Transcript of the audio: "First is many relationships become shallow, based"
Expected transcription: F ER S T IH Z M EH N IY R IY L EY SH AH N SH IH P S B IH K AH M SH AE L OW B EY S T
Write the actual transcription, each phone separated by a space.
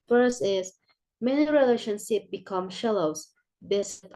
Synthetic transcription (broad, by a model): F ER S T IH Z M EH N IY R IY L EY SH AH N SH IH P B IH K AH M SH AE L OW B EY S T